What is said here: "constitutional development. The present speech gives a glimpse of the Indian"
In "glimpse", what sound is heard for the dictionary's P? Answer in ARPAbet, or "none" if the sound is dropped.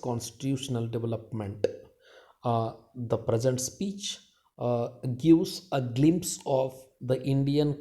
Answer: P